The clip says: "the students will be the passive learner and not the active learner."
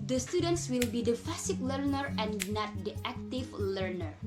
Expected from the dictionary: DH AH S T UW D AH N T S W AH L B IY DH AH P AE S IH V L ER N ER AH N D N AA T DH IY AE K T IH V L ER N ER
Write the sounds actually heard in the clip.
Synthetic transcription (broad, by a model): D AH S T UW D AH N T S W AH L B IY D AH F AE S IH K L ER N ER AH N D N AA T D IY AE K T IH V L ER N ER